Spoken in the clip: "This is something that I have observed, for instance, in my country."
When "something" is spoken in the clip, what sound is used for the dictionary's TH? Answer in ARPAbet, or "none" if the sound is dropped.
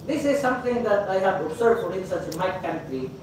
T